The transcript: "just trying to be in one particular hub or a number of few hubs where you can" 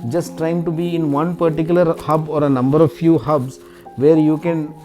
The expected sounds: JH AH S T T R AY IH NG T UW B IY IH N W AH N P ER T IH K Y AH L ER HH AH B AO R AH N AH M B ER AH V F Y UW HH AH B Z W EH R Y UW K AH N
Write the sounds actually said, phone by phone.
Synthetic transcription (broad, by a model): JH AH S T T R AY IH NG T UW B IY IH N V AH N P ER T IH K Y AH L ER HH AH B AO R AH N AH M B ER AH V F Y UW HH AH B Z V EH R Y UW K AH N